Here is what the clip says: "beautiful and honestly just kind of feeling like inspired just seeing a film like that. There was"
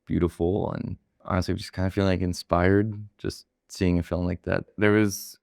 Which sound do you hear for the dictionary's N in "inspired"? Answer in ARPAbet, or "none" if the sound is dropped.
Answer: N